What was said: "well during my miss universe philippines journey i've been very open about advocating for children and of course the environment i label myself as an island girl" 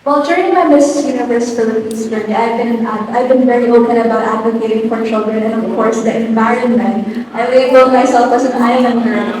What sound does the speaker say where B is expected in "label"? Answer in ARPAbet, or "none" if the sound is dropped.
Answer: none